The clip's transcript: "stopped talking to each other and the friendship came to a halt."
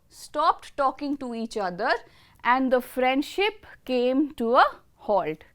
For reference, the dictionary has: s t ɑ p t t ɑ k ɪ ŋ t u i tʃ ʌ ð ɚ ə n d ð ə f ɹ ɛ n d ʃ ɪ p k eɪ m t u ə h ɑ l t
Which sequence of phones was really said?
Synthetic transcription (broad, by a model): s t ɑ p t t ɑ k ɪ ŋ t u i tʃ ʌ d ɚ ə n d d ə f ɹ ɛ n d ʃ ɪ p k eɪ m t u ə h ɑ l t